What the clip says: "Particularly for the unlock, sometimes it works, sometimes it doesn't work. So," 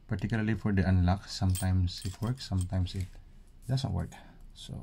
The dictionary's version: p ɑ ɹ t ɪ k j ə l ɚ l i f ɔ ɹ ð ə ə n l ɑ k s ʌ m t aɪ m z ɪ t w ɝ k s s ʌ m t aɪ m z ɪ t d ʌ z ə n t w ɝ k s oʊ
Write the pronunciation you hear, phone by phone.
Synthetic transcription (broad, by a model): p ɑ ɹ t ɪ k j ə l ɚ l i f ɔ ɹ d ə ə n l ɑ k s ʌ m t aɪ m s ɪ t w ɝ k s s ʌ m t aɪ m s ɪ t d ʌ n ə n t w ɝ k s oʊ